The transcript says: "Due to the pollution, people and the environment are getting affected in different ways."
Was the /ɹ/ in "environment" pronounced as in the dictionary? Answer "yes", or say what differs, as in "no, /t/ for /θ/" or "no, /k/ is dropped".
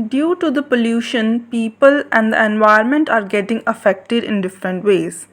no, /ɹ/ is dropped